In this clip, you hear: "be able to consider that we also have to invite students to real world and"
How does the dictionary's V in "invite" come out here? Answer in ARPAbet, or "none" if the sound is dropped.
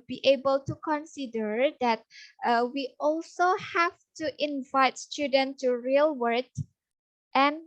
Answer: V